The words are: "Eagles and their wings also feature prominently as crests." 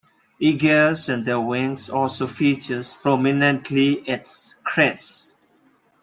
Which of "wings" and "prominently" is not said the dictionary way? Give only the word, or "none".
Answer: wings